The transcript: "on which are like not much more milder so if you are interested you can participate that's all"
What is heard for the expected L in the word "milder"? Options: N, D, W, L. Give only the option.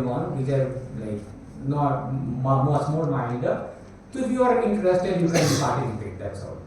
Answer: N